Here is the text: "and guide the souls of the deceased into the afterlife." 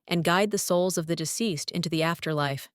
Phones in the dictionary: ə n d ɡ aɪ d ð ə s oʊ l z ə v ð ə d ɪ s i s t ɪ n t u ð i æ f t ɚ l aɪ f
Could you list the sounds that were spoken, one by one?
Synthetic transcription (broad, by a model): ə n ɡ aɪ d ð ə s oʊ l z ə v ð ə d ɪ s i s t ɪ n t u ð i æ f t ɚ l aɪ f